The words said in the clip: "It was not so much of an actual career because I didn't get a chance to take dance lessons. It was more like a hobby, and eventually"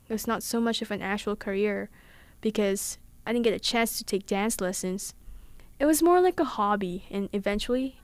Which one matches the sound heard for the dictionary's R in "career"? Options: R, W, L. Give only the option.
R